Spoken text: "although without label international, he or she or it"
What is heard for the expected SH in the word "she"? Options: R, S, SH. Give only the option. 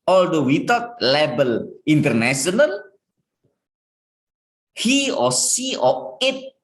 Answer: S